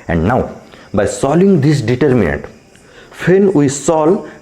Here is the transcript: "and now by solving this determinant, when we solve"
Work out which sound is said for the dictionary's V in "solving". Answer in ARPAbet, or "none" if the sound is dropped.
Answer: none